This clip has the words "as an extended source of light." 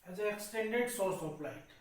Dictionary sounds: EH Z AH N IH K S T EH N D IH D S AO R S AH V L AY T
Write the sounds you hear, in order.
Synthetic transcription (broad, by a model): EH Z AH N IH K S T EH N D IH D S AO R S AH P L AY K